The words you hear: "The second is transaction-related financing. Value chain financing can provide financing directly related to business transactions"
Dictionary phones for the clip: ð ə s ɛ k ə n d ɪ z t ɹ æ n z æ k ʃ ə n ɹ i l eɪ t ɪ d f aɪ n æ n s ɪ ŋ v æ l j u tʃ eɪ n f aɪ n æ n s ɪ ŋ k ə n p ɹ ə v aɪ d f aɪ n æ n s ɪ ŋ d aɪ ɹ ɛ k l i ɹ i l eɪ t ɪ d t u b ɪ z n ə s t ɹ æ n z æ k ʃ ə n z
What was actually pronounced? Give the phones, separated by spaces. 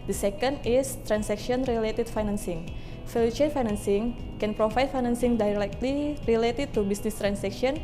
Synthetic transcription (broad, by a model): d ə s ɛ k ə n d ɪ s t ɹ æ n s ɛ k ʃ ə n ɹ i l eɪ t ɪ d f aɪ n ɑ n s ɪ ŋ f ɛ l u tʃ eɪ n f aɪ n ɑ n s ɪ ŋ k ə n p ɹ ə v aɪ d f aɪ n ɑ n s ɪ ŋ d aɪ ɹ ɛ k l i ɹ i l eɪ t ɪ d t u b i s n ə s t ɹ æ n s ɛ k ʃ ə n